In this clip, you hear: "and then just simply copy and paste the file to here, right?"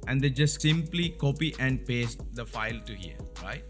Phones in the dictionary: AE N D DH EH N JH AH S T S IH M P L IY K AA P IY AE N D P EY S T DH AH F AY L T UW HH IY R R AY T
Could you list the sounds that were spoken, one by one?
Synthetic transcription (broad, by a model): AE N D EH JH AH S T S IH M P L IY K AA P IY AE N D P EY S T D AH F AY L T UW HH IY R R AY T